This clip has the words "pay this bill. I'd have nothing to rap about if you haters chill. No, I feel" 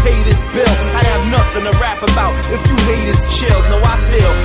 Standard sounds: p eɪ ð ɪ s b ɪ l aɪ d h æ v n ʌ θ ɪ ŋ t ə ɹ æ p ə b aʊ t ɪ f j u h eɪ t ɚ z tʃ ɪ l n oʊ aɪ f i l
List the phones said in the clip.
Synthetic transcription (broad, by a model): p eɪ ð ɪ s b ɪ l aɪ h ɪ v n ʌ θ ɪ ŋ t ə ɹ æ p ə b aʊ t ɪ f j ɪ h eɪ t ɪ s tʃ ɪ l n oʊ aɪ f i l